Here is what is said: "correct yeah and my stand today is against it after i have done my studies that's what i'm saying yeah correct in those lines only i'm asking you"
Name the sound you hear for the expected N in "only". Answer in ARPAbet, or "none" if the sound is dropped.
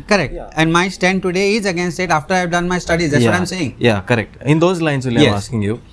none